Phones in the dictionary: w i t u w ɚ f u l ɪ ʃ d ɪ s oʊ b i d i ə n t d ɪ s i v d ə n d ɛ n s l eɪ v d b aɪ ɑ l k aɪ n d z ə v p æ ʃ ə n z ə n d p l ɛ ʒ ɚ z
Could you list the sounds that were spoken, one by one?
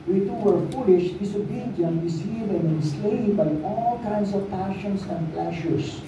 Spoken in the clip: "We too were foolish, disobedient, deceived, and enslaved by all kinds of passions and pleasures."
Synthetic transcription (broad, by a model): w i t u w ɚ f u l ɪ ʃ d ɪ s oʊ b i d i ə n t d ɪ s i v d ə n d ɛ n s l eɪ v b aɪ ɑ l k aɪ n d s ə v p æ ʃ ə n s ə n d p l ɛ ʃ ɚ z